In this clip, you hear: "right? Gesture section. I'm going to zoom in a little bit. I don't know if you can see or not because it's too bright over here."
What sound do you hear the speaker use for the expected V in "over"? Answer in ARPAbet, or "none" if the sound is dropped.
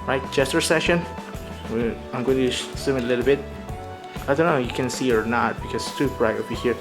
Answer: B